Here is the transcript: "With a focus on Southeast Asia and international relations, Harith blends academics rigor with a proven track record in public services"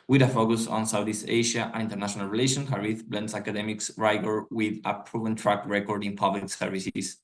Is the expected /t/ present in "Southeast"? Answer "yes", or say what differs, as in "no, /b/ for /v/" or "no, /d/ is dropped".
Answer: no, /t/ is dropped